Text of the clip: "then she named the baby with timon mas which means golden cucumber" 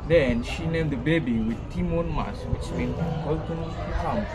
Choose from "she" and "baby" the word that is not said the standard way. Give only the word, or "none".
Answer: none